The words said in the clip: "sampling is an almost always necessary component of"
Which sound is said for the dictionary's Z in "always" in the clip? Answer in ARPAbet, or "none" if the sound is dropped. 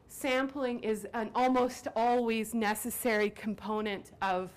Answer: Z